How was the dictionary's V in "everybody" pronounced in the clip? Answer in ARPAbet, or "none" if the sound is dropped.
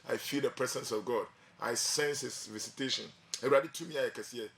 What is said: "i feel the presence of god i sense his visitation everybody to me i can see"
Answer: none